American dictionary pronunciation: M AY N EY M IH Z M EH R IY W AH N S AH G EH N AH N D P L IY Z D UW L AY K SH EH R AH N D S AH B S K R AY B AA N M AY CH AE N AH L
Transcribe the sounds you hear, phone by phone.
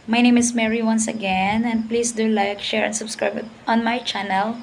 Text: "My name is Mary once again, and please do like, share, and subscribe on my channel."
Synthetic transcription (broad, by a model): M AY N EY M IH S M EH R IY W AH N S AH G EH N AH N D P L IY S D UW L AY K SH EH R AH N D S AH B S K R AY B AA N M AY CH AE N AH L